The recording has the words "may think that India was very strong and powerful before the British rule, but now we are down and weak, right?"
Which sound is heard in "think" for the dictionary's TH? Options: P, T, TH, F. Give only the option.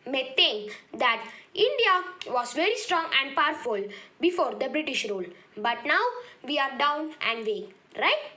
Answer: T